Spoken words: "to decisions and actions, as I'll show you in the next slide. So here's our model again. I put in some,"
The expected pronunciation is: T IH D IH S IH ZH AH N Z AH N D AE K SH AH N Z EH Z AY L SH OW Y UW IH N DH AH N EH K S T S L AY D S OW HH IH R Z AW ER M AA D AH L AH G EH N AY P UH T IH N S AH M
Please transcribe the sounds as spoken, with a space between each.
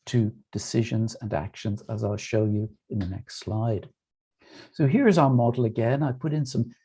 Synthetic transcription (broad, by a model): T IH D IH S IH ZH AH N Z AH N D AE K SH AH N Z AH Z AY L SH OW Y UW IH N DH AH N EH K S T S L AY D S OW HH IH R Z AW ER M AA D L AH G EH N AY P UH T IH N S AH M